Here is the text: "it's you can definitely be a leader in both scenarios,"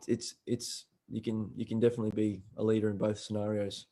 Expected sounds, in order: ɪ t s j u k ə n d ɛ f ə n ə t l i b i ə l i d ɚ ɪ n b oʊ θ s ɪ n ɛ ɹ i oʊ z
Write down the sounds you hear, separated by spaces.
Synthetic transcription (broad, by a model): ɪ t s j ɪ k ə n d ɛ f ə n ə t l i b i ə l i d ɚ ɪ n b oʊ θ s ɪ n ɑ ɹ i oʊ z